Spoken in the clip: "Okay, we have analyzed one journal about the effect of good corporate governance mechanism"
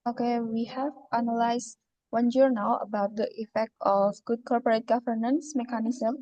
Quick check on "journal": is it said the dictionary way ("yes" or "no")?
no